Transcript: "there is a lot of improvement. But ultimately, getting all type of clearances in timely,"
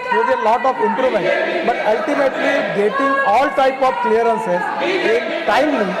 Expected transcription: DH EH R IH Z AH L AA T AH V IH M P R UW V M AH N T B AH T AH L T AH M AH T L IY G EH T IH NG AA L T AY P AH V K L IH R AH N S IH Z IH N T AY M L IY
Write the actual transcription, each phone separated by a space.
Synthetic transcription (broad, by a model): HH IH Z AH L AA T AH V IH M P R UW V AH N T B AH T AH L T AH M AH T L IY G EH T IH NG AA L T AY P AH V K L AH R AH N S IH IH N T AY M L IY